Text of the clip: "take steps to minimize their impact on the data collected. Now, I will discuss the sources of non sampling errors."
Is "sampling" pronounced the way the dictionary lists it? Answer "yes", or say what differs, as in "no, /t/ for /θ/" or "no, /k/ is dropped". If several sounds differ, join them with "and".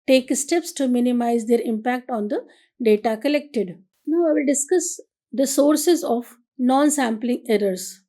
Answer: yes